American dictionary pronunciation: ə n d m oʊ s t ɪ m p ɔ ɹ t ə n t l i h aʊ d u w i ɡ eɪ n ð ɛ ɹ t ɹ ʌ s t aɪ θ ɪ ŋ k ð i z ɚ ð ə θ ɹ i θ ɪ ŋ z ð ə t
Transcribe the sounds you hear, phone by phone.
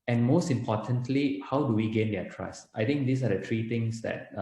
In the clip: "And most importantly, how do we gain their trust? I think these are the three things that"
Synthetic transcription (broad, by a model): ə n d m oʊ s t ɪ m p ɔ t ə n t l i h aʊ d u w i ɡ eɪ n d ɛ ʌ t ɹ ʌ s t aɪ t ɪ ŋ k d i s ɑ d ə t ɹ i t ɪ ŋ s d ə t